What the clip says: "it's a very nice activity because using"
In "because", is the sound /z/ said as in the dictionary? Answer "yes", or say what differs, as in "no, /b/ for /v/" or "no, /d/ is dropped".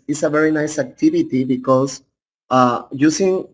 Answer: no, /s/ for /z/